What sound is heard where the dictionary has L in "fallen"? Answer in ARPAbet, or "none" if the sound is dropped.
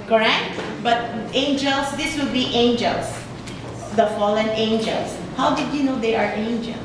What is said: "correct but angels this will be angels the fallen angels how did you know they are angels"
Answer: L